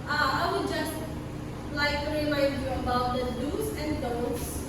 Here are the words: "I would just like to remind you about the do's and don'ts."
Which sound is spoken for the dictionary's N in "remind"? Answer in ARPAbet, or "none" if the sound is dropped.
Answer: none